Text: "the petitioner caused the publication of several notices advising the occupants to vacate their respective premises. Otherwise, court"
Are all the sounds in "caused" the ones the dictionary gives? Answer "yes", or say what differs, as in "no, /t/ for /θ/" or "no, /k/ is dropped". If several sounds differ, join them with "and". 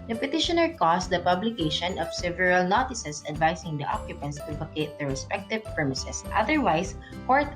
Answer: no, /s/ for /z/